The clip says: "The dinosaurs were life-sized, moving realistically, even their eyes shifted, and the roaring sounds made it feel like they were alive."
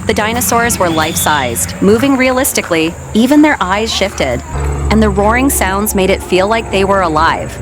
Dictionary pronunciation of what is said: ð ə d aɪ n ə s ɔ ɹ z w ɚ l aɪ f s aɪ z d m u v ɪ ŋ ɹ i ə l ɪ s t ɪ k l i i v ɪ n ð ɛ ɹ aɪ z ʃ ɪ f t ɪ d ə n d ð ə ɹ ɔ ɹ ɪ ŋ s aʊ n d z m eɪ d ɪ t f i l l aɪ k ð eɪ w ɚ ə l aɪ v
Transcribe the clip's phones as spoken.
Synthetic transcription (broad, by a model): ð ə d aɪ n ə s ɔ ɹ z w ɚ l aɪ f s aɪ z d m u v ɪ ŋ ɹ i ə l ɪ s t ɪ k l i i v ɪ n ð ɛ ɹ aɪ z ʃ ɪ f t ɪ d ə n ð ə ɹ ɔ ɹ ɪ ŋ s aʊ n d z m eɪ d ɪ t f i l l aɪ k ð eɪ w ɚ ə l aɪ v